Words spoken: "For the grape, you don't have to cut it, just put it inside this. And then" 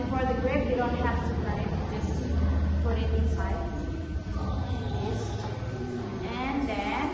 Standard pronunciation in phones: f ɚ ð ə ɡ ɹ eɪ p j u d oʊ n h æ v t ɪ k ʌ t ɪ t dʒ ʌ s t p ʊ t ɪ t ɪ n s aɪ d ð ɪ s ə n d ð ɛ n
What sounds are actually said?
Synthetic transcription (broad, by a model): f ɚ ð ə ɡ ɹ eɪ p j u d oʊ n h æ f t ɪ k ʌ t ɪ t dʒ ʌ s t p ʊ t ɪ t ɪ n s aɪ d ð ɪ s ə n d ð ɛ